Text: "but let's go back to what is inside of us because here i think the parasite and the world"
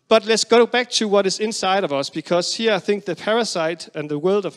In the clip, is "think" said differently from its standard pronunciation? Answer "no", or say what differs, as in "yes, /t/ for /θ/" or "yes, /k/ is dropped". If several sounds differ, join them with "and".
no